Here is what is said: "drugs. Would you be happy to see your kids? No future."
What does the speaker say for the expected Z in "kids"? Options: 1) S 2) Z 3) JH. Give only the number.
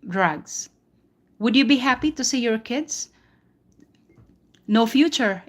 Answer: 1